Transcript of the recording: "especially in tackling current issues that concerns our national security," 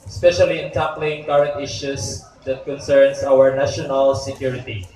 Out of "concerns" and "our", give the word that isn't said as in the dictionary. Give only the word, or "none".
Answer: concerns